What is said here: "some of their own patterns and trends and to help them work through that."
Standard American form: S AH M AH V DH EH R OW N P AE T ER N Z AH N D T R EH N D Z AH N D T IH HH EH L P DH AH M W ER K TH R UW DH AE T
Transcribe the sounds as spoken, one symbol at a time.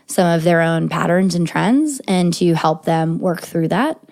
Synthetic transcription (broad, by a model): S AH M AH V DH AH R OW N P AE T ER N Z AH N T R EH N D Z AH N T IH HH EH L P DH AH M W ER K TH R UW DH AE T